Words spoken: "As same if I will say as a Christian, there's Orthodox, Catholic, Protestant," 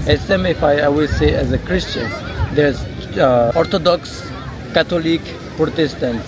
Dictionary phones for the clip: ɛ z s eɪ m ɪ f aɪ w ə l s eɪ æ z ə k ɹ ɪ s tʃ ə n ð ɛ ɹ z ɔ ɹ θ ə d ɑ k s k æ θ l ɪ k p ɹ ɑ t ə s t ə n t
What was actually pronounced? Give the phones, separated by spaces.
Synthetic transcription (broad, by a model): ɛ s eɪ m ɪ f aɪ w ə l s eɪ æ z ə k ɹ ɪ s tʃ ə n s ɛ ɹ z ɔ ɹ t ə d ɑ k s k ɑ t l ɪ k p ɹ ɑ t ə s t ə n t